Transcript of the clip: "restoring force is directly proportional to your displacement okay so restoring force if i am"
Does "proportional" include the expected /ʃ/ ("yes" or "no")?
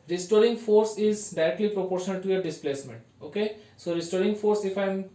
yes